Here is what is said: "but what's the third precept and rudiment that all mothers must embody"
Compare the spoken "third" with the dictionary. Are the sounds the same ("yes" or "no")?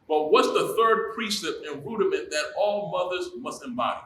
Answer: yes